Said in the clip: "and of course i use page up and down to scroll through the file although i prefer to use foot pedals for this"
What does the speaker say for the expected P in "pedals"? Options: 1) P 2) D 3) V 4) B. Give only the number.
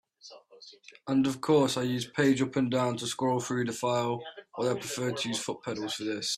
1